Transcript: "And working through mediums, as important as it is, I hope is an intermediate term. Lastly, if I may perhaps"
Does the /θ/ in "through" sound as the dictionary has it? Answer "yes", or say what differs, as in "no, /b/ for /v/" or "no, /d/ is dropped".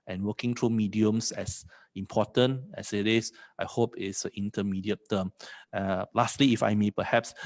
no, /t/ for /θ/